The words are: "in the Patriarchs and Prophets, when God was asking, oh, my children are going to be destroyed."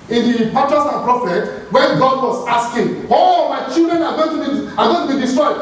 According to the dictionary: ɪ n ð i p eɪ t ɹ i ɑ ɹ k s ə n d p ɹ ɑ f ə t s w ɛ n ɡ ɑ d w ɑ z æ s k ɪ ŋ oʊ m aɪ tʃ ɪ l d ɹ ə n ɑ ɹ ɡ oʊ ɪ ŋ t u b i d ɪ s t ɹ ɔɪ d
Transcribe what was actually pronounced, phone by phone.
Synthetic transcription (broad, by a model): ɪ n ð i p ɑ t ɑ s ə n p ɹ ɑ f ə t w ɛ n ɡ ɑ d w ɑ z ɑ s k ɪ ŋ oʊ m aɪ tʃ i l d ɹ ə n ɑ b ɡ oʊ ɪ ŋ t u b i d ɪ s t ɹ ɔɪ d